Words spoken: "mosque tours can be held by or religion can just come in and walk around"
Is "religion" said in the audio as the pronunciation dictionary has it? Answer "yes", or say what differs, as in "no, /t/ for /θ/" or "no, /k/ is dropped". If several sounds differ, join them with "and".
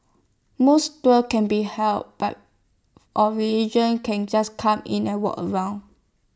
no, /l/ is dropped